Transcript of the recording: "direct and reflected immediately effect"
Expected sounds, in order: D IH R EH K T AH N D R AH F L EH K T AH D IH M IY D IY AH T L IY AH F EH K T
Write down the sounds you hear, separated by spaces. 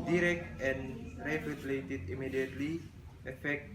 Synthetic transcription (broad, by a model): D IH R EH K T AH N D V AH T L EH T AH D IH M IY D IY AH T L IY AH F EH K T